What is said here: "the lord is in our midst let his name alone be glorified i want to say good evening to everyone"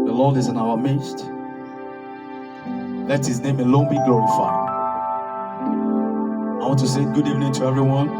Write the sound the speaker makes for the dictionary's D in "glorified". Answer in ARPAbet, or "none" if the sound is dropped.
none